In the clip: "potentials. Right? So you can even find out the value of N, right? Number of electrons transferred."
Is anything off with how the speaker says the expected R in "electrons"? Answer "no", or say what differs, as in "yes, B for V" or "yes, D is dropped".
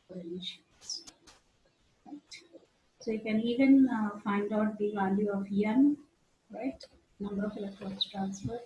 yes, R is dropped